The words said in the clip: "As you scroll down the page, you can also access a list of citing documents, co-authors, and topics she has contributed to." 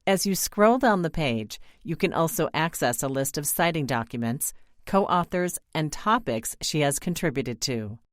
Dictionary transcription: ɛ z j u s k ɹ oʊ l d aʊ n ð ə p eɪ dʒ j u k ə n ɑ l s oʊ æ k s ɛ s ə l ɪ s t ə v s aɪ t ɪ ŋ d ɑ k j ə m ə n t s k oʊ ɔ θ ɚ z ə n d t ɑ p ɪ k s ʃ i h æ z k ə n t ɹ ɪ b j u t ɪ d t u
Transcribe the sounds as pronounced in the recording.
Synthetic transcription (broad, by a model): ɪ z j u s k ɹ oʊ l d aʊ n ð ə p eɪ dʒ j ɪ k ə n ɑ l s oʊ æ k s ɛ s ə l ɪ s t ə v s aɪ t ɪ ŋ d ɑ k j ə m ə n t s k oʊ ɔ θ ɚ z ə n t ɑ p ɪ k s ʃ i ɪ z k ə n t ɹ ɪ b j u t ɪ d t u